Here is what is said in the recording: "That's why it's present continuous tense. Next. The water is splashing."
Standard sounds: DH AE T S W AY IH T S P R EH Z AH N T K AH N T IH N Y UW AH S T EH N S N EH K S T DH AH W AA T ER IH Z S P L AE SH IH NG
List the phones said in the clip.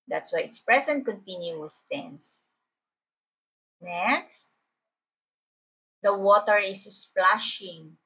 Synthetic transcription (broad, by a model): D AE T S W AY IH T S P R EH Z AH N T K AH N T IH N Y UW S T EH N S N EH K S T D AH W AA T ER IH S S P L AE SH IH NG